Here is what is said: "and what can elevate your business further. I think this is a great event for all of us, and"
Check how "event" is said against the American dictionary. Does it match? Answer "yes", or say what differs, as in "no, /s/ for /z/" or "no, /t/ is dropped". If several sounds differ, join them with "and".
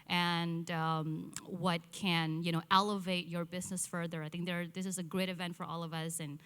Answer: yes